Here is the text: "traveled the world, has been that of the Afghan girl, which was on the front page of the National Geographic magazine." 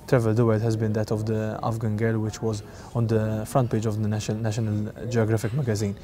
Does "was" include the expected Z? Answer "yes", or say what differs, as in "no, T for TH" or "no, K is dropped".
yes